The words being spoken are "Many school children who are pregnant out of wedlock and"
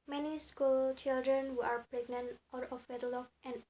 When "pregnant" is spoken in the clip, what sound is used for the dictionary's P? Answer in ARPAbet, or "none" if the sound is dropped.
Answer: P